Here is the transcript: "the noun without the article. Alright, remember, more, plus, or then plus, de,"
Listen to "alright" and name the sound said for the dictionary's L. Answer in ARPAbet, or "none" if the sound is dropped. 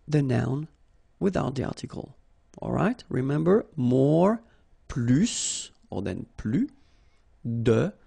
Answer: L